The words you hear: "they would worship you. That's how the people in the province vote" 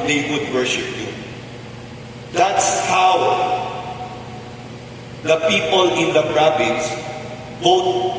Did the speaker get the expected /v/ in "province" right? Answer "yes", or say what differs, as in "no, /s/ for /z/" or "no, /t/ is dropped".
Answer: no, /b/ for /v/